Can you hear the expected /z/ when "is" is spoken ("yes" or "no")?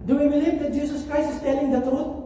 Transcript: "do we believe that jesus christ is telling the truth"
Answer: no